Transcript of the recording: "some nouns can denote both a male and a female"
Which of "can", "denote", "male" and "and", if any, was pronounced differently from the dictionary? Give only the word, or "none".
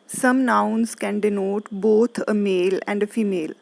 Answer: none